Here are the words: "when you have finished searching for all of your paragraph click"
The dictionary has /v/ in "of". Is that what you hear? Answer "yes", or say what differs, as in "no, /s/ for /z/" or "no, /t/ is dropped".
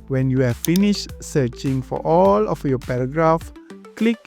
no, /f/ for /v/